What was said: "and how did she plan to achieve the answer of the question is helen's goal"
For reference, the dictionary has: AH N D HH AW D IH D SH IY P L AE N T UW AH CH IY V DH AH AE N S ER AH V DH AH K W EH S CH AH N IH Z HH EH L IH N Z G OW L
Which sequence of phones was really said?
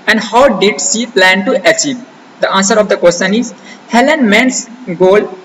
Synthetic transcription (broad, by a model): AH N D HH AW D IH D S IY P L AE N T UW AH CH IY V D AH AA N S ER AH V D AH K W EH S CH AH N IH Z HH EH L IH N S G OW L